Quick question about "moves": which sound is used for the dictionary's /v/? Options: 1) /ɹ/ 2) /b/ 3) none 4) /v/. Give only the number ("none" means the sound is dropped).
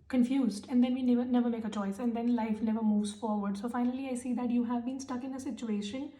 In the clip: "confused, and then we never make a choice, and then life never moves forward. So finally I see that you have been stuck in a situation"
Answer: 4